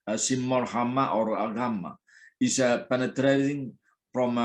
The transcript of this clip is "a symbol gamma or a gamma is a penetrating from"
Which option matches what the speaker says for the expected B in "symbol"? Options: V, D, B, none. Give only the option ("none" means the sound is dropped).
none